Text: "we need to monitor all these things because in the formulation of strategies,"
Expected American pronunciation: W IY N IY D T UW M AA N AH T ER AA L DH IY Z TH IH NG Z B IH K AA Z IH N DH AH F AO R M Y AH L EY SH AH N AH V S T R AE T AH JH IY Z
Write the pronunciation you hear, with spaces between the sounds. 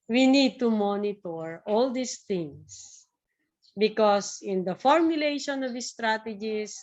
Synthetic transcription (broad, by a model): W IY N IY D T UW M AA N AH T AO AA L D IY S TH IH NG S B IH K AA S IH N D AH F AO R M Y AH L EY SH AH N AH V S T R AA T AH JH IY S